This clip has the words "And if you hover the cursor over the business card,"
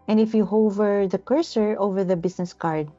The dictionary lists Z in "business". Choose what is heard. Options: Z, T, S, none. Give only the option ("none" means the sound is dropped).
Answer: S